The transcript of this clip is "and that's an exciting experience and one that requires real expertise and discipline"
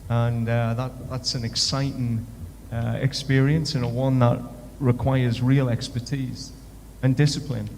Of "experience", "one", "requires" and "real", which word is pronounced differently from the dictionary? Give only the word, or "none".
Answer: none